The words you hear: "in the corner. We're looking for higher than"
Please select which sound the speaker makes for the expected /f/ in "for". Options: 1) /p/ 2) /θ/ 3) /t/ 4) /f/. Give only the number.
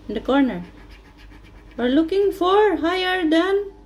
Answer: 4